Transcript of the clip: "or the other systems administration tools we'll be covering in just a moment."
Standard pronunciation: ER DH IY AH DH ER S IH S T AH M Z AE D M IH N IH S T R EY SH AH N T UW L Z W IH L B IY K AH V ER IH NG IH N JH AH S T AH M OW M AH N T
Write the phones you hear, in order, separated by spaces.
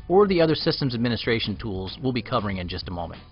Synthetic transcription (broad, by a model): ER DH IY AH DH ER S IH S T AH M Z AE D M IH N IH S T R EY SH N T UW L Z W IH L B IY K AH V ER IH NG IH N JH AH S T AH M OW M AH N T